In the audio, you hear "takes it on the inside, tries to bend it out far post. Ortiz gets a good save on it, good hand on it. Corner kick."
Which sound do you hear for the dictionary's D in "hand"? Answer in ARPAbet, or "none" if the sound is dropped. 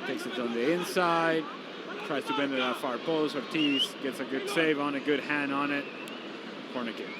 none